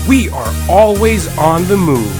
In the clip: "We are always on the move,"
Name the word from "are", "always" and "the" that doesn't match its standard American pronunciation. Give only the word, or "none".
none